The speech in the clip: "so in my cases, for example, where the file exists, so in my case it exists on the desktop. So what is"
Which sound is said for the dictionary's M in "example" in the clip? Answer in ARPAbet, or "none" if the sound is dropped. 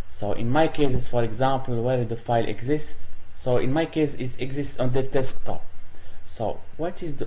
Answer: M